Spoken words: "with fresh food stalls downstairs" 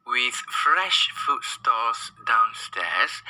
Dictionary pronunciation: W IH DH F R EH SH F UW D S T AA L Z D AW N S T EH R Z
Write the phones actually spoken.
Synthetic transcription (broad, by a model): W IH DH F R EH SH F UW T S T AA Z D AW N S T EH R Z